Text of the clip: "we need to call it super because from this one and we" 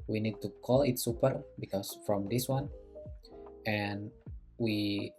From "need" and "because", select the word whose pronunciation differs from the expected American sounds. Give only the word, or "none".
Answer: because